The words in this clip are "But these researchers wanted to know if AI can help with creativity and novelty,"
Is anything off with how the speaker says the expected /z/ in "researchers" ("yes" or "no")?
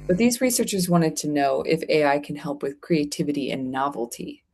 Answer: no